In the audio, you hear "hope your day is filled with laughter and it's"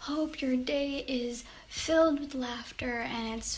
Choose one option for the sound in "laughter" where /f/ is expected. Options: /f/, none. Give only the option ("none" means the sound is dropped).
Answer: /f/